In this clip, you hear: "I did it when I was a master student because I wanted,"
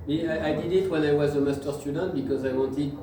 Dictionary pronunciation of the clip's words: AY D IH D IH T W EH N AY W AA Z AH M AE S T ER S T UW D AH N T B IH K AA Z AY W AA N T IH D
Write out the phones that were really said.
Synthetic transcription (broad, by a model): AY D IH D IH T W EH N AY W AA Z AH M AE S T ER S T UW D AH N T B IH K AA Z AY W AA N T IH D